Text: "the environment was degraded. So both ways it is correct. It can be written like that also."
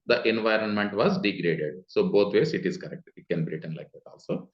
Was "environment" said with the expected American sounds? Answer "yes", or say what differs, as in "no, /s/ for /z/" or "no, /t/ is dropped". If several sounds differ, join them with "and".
yes